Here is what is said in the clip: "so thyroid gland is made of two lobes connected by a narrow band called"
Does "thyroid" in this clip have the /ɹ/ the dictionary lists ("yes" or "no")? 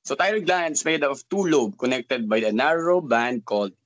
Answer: no